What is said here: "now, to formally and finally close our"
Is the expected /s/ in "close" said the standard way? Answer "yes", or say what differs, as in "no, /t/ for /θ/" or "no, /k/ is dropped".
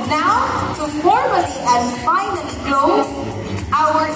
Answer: no, /s/ is dropped